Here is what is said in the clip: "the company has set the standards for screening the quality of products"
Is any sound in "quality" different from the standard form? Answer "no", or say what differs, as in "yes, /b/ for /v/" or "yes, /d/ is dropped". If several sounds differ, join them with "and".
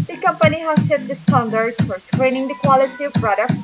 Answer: no